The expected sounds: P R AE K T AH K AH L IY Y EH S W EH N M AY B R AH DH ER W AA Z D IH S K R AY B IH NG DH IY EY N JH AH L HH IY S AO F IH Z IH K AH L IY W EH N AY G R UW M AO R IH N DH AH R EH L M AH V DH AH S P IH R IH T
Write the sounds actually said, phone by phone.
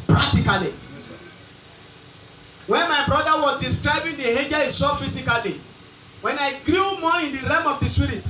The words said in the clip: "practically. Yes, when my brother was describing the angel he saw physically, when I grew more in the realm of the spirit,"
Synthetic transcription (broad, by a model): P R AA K T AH K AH L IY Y W EH N M AY B R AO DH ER W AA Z D IH S K R AY B IH NG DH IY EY JH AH S AO F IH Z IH K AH L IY W EH N AY G R UW M AO IH N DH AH R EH M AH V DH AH S P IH R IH T